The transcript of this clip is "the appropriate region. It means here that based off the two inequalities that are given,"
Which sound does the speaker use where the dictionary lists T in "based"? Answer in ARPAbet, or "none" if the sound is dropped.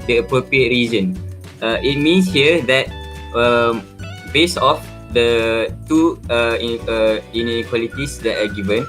none